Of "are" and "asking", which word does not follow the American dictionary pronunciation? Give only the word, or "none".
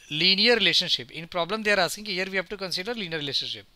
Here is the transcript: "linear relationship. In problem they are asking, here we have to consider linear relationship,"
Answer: asking